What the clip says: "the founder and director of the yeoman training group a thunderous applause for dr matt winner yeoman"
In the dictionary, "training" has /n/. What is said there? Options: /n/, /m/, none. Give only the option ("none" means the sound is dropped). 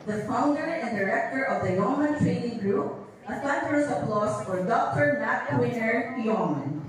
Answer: /n/